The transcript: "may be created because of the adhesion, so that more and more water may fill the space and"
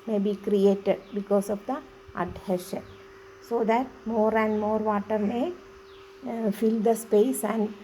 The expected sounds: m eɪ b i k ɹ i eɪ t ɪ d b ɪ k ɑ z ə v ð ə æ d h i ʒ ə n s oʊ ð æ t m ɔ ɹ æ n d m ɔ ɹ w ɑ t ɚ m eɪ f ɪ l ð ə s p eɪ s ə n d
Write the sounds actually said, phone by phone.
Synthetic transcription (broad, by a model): m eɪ b i k ɹ i eɪ t ɪ d b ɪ k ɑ s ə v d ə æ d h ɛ ʃ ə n s oʊ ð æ t m ɔ ɹ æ n d m ɔ ɹ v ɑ t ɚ m eɪ f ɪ l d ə s p eɪ s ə n d